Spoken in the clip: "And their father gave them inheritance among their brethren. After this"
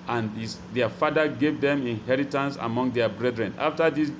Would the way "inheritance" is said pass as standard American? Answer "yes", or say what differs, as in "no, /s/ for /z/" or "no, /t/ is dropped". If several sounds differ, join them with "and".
yes